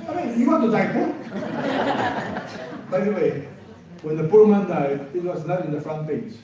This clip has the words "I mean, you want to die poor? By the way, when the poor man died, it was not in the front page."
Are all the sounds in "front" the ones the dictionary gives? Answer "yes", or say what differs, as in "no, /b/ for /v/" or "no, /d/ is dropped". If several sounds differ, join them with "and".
yes